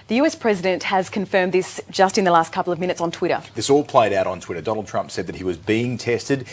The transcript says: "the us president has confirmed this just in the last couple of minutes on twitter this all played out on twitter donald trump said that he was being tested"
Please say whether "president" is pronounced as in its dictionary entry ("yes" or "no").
yes